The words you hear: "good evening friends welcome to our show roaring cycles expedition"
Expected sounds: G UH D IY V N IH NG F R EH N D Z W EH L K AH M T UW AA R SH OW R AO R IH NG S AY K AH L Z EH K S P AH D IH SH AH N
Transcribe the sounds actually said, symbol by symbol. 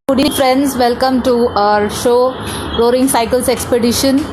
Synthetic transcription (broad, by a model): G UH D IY N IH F R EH N D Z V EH L K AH M T UW AA R SH OW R AO R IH NG S AY K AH L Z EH K S P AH D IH SH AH N